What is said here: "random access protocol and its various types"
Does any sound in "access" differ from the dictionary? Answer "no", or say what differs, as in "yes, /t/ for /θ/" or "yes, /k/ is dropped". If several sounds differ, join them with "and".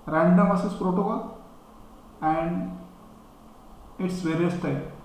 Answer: yes, /k/ is dropped